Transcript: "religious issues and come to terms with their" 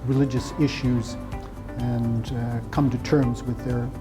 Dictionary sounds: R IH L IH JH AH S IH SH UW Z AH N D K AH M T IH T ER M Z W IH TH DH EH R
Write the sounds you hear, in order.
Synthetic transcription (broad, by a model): R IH L IH JH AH S IH SH UW Z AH N K AH M T IH T ER M Z W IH DH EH R